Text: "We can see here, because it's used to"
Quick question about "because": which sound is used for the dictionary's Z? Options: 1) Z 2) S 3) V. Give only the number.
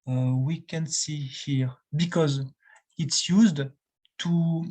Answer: 1